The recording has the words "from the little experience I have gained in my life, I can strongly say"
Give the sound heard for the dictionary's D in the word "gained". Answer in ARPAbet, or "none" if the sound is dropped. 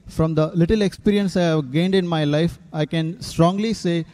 D